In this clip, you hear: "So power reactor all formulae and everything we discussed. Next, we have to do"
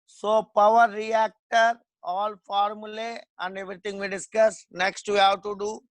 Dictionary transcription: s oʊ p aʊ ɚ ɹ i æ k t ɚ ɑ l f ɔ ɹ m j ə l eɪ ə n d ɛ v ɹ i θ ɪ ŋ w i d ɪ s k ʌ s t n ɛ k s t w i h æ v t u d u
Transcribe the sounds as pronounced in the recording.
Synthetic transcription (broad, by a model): s oʊ p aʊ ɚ ɹ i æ k t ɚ ɑ l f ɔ ɹ m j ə l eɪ ə n d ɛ v ɹ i t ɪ ŋ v i d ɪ s k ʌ s n ɛ k s t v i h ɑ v t u d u